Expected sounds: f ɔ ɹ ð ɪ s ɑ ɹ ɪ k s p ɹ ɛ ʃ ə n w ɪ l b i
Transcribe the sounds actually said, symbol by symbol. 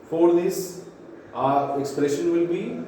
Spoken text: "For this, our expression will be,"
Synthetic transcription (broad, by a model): f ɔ ɹ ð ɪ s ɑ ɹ ɪ k s p ɹ ɛ ʃ ə n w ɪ l b i